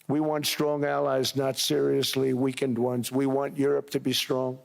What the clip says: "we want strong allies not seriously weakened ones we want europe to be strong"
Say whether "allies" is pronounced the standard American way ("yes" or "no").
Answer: yes